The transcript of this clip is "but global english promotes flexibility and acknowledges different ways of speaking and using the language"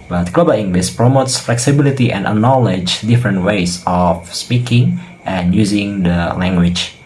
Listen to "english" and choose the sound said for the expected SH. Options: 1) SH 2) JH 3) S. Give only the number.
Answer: 3